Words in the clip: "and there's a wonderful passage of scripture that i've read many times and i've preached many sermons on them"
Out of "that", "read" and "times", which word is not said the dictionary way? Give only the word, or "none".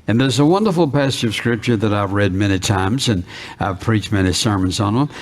none